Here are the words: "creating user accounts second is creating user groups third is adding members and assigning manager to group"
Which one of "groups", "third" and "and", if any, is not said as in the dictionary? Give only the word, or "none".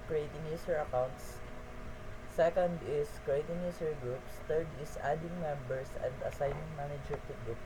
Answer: third